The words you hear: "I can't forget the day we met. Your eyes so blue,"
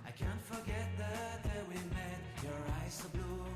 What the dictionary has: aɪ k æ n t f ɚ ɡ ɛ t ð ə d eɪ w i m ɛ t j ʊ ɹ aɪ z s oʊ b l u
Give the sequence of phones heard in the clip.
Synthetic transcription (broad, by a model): aɪ k æ n t f ɚ ɡ ɛ t ð ə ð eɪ w i m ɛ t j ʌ ɹ aɪ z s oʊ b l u